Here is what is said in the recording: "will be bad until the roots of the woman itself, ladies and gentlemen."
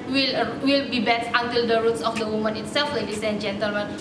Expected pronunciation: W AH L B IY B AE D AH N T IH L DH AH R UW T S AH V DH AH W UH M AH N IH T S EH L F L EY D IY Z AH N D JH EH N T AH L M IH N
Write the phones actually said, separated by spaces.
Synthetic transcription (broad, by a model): W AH L B IY B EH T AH N T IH L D AH R UW T S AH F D AH W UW M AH N IH T S EH L F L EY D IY S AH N JH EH N T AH L M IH N